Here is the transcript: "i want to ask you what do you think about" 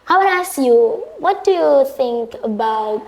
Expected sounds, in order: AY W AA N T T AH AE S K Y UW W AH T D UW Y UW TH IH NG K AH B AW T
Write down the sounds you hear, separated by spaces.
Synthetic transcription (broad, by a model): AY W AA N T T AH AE S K Y UW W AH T D UW Y UW TH IH NG K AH B AW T